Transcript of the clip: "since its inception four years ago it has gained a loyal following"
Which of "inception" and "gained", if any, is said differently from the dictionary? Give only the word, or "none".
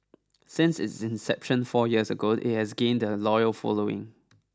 none